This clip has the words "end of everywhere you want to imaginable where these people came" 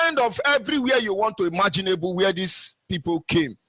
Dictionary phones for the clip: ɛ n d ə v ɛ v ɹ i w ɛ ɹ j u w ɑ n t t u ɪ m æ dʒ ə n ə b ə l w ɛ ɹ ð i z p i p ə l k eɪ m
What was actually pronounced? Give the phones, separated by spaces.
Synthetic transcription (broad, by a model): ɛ n d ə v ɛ v ɹ i w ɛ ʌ j u w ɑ n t t u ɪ m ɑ dʒ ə n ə b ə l w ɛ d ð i s p i p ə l k eɪ m